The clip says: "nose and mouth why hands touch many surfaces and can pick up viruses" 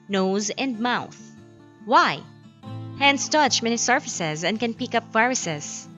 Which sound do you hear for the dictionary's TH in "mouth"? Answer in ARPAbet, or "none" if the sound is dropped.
TH